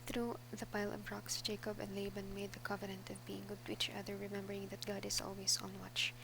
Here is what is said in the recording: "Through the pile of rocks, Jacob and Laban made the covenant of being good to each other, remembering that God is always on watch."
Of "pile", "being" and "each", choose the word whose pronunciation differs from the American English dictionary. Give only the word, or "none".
none